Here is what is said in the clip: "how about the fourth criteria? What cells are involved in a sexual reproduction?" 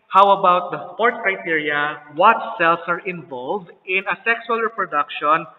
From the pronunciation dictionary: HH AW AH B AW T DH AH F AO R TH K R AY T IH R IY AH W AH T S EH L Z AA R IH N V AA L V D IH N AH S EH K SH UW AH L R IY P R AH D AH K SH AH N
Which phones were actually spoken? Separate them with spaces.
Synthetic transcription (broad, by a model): HH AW AH B AW T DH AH P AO R T K R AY T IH R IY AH W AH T S EH L S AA R IH N V AA L V D IH N AH S EH K S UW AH L R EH P R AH D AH K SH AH N